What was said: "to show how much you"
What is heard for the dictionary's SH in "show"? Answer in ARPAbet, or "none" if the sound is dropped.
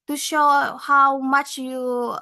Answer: SH